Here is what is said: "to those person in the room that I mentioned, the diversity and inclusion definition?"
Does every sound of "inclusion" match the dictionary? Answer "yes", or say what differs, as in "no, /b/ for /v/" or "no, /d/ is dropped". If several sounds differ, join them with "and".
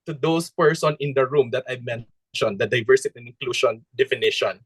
no, /ʃ/ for /ʒ/